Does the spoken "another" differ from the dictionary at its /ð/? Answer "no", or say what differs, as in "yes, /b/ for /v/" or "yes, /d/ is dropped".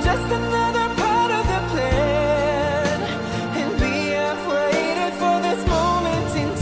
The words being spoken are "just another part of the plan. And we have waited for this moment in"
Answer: no